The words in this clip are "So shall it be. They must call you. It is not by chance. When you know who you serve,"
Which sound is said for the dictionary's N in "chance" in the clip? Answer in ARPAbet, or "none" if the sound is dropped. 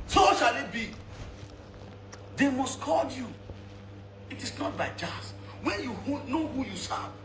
none